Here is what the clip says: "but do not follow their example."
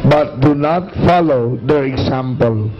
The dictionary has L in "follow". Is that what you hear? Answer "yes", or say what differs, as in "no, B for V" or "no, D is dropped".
yes